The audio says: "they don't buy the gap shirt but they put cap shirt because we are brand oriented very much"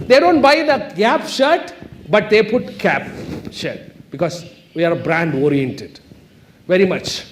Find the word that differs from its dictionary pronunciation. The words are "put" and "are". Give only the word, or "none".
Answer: none